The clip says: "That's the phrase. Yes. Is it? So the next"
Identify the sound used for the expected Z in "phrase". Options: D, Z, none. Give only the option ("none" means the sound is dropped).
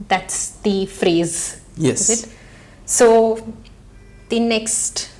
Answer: Z